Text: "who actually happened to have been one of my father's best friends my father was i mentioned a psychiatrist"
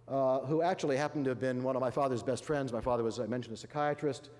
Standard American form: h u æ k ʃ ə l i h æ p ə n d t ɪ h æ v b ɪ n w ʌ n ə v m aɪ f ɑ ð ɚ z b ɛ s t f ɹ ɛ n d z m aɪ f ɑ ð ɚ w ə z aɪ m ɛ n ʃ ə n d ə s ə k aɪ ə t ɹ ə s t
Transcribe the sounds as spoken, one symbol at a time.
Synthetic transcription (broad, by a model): h u æ k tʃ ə l i h æ p n t ɪ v b ɪ n w ʌ n ə v m aɪ f ɑ ð ɚ z b ɛ s t f ɹ ɛ n d z m aɪ f ɑ ð ɚ w ə z aɪ m ɛ n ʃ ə n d ə s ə k aɪ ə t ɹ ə s t